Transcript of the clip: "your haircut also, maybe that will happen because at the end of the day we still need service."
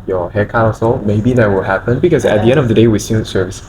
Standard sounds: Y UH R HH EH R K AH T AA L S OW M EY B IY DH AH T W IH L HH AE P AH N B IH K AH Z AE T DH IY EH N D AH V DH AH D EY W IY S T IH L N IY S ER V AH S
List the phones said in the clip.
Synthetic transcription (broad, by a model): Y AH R HH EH K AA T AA S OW M EY B IY DH AH T W IH L HH AE P AH N B IH K AH Z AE T DH IY EH N D AH V DH AH D EY W IY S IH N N S ER V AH S